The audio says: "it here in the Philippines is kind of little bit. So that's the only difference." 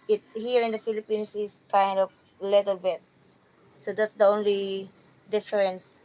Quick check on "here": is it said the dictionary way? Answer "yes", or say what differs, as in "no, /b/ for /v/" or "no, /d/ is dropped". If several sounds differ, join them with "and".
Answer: yes